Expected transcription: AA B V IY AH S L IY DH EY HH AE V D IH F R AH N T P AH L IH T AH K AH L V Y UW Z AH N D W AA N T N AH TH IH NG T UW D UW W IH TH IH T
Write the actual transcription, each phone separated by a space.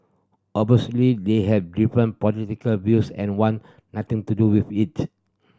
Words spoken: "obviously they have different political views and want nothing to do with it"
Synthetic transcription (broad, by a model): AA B IY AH S L IY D EY HH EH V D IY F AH N P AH L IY T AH K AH L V Y UW S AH N W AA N N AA T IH NG T UW D UW W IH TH IH T